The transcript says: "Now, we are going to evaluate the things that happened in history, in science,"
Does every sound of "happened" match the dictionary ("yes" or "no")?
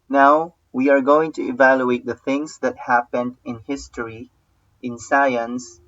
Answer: yes